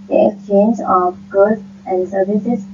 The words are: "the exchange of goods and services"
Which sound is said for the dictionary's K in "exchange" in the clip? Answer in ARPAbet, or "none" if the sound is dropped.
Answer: K